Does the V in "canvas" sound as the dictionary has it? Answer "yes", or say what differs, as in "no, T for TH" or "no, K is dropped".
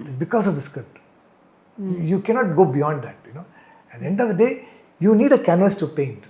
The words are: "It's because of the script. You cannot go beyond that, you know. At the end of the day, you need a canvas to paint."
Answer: no, V is dropped